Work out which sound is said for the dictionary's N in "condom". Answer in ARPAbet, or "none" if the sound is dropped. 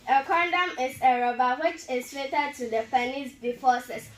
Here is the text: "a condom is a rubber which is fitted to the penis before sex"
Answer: N